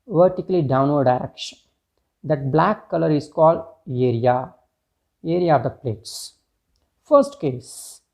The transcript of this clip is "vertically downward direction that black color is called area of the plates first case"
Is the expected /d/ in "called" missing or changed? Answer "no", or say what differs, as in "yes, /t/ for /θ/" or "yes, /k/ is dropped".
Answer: no